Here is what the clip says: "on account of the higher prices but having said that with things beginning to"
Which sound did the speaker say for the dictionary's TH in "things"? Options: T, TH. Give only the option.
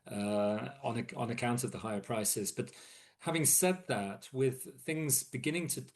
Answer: TH